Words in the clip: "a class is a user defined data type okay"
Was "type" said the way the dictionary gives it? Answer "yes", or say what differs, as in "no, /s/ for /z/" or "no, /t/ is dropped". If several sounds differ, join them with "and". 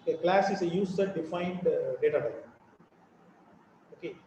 no, /p/ is dropped